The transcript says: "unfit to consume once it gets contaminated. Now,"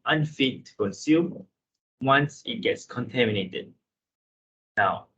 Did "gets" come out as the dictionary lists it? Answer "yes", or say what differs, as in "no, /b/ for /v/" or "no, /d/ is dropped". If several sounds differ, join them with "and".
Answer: yes